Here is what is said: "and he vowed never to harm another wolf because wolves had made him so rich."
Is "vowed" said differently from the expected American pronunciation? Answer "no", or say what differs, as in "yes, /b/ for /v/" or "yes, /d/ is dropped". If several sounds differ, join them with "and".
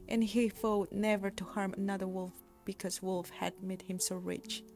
yes, /f/ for /v/